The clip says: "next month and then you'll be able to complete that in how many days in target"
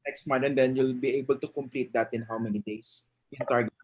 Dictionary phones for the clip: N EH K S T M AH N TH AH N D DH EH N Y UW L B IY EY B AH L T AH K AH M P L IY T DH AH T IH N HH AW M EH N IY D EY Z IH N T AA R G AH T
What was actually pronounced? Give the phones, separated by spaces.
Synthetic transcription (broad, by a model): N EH K S T M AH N T AH N D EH N Y UW L B IY EY B AH L T AH K AH M P L IY T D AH T IH N HH AW M EH N IY D EY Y IH N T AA R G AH